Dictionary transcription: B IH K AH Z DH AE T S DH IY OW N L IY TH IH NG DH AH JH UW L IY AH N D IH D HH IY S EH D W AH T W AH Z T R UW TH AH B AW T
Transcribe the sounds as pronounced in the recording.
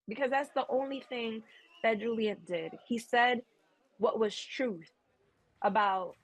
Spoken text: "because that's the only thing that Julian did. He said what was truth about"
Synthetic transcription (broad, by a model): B IH K AH Z DH AE T S DH IY OW N L IY TH IH NG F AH JH UW L IY AH N D IH D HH IY S EH D W AH T W AH Z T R UW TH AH B AW T